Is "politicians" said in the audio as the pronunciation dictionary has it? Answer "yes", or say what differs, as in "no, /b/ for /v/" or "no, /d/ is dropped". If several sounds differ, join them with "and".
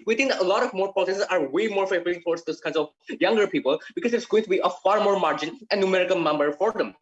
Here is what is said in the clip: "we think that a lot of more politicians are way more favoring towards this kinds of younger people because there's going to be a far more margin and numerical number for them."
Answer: no, /s/ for /t/ and /s/ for /ʃ/ and /n/ is dropped